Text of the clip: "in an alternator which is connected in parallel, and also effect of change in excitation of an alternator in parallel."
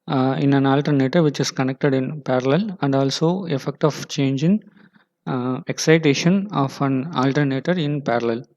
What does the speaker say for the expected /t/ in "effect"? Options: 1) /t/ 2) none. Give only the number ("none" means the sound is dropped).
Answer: 1